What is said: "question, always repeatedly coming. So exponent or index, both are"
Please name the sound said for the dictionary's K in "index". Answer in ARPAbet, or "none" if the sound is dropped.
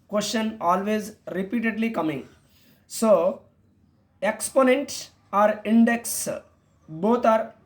K